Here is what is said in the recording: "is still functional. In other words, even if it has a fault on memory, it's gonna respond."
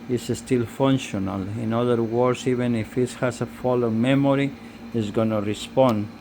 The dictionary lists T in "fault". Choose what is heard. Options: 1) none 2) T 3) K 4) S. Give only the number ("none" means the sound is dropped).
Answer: 1